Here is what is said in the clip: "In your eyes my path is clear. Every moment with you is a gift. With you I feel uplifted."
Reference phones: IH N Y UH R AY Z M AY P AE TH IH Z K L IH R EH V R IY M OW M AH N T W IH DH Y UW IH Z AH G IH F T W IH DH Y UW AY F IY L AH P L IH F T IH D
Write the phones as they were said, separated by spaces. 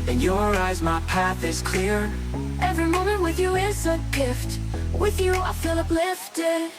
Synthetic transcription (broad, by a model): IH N Y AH R AY Z M AY P AE TH IH Z K L IH R EH V R IY M OW M AH N T W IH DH Y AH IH S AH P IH F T W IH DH Y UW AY F IY L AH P L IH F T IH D